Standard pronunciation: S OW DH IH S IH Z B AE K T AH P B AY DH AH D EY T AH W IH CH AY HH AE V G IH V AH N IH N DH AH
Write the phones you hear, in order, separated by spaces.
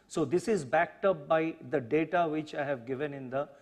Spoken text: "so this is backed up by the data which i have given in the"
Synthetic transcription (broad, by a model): S OW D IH S IH Z B AE K T AH P B AY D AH D EY T AH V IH CH AY HH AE V G IH V AH N IH N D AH